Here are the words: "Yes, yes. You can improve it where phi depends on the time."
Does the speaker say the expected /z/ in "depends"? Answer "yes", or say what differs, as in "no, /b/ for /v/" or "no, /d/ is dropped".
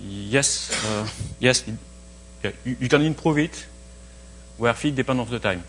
no, /z/ is dropped